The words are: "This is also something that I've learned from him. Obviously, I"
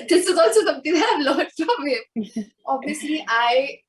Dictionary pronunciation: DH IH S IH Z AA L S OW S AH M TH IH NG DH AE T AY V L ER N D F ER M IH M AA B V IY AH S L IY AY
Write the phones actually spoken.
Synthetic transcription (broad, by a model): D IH S IH Z AA L S OW S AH M T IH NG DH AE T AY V L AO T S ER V IH M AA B IY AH S L IY AY